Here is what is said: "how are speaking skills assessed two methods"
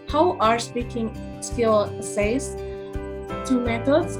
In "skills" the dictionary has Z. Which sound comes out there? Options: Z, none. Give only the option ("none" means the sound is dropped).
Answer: none